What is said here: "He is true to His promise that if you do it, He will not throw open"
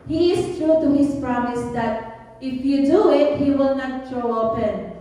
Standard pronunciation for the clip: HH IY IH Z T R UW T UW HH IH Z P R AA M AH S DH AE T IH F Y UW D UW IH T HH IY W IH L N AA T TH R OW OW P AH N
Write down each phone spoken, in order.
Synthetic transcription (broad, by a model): HH IY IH S T R UW T UW HH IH S P R AA M AH S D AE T IH F Y UW D UW IH T HH IY W IH L N AA T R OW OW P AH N